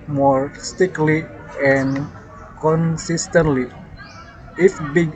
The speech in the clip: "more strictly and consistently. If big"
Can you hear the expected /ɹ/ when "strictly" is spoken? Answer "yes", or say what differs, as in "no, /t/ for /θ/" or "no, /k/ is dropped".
no, /ɹ/ is dropped